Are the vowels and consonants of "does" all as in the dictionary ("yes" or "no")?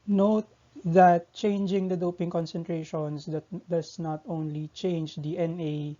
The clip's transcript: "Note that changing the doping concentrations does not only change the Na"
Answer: no